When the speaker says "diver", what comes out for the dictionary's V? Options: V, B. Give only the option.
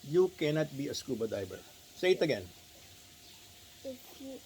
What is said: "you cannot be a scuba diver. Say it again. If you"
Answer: B